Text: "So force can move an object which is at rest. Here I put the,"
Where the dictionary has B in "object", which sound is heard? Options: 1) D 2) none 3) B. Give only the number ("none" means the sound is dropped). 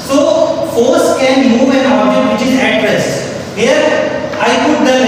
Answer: 2